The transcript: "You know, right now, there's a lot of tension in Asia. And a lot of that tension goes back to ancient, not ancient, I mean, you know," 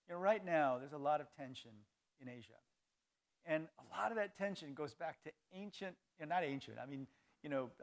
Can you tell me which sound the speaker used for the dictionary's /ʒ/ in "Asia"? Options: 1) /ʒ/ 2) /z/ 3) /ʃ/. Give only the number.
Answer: 1